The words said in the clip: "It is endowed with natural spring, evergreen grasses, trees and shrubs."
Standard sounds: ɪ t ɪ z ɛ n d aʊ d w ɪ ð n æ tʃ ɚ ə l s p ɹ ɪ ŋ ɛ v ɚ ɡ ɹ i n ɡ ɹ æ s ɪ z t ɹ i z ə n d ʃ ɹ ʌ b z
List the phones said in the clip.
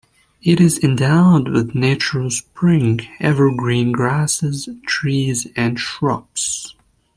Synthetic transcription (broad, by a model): ɪ t ɪ z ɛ n d aʊ d w ɪ ð n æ tʃ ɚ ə l s p ɹ ɪ ŋ ɛ v ɚ ɡ ɹ i n ɡ ɹ æ s ɪ z t ɹ i z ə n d ʃ ɹ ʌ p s